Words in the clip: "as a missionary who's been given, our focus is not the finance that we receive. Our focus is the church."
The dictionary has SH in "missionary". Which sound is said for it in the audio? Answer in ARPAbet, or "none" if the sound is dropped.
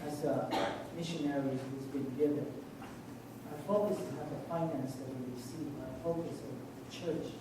SH